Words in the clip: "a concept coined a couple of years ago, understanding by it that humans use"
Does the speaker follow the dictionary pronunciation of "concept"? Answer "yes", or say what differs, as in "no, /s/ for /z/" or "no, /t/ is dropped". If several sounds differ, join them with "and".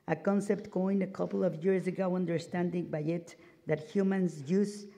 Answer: yes